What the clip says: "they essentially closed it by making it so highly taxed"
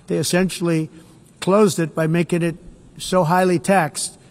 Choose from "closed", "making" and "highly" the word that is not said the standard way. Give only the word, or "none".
none